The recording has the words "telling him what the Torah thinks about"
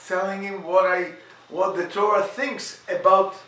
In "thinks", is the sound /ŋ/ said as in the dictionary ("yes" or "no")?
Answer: yes